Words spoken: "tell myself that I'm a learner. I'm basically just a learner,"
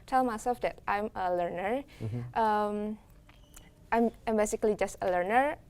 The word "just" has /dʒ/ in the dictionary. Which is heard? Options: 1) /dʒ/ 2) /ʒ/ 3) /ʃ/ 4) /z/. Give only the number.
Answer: 1